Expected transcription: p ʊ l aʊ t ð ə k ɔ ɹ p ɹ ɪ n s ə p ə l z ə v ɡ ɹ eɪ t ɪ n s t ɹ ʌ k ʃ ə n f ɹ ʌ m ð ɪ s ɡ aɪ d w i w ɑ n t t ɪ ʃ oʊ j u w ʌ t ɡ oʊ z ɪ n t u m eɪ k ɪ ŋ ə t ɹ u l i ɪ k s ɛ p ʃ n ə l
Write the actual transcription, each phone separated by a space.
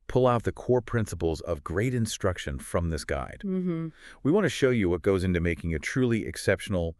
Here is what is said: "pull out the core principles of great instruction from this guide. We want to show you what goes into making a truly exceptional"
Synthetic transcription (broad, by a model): p ʊ l aʊ t ð ə k ɔ ɹ p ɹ ɪ n s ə p l z ə v ɡ ɹ eɪ t ɪ n s t ɹ ʌ k ʃ ə n f ɹ ʌ m ð ɪ s ɡ aɪ d w i w ɑ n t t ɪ ʃ oʊ j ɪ w ʌ t ɡ oʊ z ɪ n t u m eɪ k ɪ ŋ ə t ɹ u l i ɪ k s ɛ p ʃ n l